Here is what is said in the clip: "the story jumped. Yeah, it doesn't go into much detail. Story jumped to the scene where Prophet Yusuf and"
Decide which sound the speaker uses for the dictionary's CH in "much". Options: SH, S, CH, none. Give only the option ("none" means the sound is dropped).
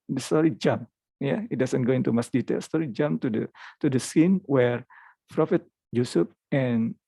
S